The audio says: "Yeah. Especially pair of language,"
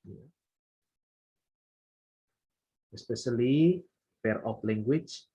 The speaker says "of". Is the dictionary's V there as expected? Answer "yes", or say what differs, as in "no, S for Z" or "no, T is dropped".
no, P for V